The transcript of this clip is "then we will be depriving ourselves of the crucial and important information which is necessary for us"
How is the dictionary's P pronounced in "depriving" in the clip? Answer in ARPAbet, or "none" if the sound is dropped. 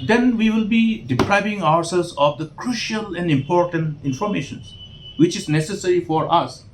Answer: P